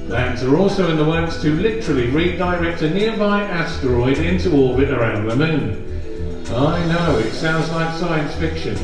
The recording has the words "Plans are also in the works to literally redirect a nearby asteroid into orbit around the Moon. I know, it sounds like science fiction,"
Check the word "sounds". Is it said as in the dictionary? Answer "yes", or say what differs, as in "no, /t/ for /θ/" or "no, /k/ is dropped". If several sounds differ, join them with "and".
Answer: yes